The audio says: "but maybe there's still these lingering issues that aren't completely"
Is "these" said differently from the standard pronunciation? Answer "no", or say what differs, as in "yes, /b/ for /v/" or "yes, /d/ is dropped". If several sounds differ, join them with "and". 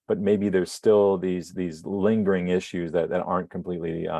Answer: no